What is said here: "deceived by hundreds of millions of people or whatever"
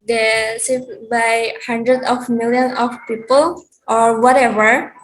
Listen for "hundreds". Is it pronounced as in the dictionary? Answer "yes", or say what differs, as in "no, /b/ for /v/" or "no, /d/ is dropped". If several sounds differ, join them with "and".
no, /z/ is dropped